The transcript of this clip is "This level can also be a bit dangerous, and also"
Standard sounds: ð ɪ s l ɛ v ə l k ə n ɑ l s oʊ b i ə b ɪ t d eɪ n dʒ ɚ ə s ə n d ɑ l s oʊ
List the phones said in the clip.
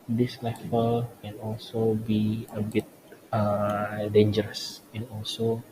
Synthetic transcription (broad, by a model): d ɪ s l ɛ f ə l k ə n ɑ l s oʊ b i ə b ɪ t d eɪ n dʒ ɚ ə s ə n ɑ l s oʊ